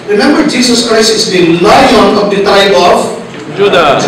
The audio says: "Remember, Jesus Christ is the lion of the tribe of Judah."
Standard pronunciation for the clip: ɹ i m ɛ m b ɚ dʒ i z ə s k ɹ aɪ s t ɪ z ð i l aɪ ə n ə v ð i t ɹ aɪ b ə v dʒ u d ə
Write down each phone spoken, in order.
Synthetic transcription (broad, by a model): ɹ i m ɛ m b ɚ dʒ i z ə s k ɹ aɪ s t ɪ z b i l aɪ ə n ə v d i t aɪ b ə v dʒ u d